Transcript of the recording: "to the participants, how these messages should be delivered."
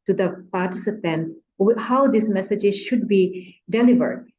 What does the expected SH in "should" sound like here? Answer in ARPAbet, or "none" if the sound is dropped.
SH